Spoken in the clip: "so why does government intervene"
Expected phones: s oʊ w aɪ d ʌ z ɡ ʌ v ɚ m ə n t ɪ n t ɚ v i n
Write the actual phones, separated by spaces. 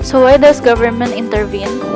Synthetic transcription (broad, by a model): s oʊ w aɪ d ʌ s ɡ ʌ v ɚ m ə n t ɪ n t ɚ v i n